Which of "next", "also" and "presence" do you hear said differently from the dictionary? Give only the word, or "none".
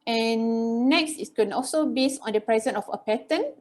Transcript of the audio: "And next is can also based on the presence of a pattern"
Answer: presence